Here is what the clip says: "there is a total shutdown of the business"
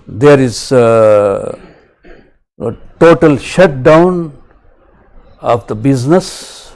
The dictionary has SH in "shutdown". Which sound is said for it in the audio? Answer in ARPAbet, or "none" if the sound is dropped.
SH